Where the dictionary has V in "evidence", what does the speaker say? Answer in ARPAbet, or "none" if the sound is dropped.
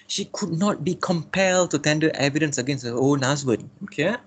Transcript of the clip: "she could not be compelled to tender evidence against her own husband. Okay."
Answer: V